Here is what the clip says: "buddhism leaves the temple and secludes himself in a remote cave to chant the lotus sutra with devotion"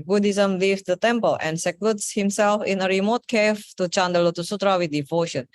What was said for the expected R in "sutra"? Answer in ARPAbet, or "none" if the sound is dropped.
R